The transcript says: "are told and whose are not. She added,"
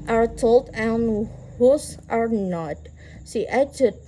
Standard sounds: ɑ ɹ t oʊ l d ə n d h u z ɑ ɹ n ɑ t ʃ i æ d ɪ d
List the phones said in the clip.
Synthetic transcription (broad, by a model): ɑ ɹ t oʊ l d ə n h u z ɑ ɹ n ɑ t s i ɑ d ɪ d